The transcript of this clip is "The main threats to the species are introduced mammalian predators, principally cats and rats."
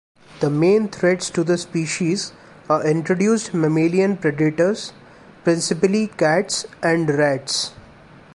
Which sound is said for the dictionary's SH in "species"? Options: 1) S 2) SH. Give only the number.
2